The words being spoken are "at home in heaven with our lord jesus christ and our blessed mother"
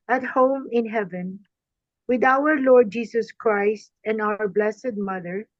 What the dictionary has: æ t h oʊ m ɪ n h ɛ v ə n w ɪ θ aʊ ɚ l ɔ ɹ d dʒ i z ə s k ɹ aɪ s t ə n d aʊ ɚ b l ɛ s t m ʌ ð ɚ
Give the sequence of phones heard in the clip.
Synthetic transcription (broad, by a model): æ t h oʊ m ɪ n h ɛ v ə n w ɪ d aʊ ɚ l ɔ ɹ d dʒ i s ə s k ɹ aɪ s t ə n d aʊ ɚ b l ɛ s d m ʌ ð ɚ